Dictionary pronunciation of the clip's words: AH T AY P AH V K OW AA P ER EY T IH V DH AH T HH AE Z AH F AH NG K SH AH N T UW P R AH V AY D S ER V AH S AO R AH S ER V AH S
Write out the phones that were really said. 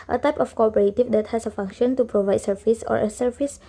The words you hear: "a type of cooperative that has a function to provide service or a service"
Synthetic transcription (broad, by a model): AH T AY P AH F K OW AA P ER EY T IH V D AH T HH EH S AH F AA NG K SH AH N T UW P R AH V AY D S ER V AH S AO R AH S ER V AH S